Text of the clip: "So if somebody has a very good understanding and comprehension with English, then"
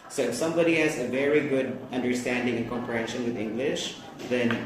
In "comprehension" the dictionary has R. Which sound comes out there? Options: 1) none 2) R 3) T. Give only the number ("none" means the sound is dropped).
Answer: 1